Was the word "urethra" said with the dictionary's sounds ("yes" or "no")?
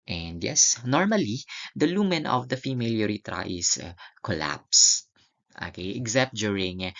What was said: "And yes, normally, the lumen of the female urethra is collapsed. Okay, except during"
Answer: no